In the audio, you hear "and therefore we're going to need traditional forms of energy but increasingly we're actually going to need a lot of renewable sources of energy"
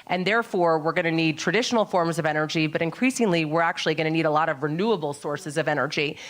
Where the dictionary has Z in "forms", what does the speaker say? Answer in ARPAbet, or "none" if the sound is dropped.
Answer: Z